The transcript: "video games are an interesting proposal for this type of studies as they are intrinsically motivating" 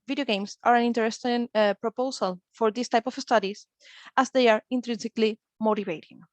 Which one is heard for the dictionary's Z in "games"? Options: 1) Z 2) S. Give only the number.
2